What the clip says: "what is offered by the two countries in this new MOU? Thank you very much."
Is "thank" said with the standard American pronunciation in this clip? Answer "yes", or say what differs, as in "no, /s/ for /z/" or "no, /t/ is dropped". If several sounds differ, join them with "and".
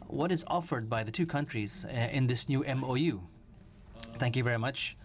yes